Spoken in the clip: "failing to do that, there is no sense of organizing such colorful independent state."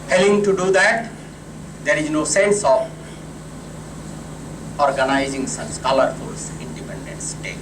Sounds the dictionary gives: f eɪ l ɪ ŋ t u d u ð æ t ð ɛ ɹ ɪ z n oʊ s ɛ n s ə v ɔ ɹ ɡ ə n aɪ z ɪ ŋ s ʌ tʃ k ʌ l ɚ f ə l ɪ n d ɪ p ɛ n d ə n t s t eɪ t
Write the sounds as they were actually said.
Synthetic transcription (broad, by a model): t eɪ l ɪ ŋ t u d u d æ t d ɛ ɹ ɪ z n oʊ s ɛ n s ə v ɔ ɹ ɡ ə n aɪ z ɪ ŋ s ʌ s k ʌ l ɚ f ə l ɪ n d ɪ p ɛ n d ə n t s t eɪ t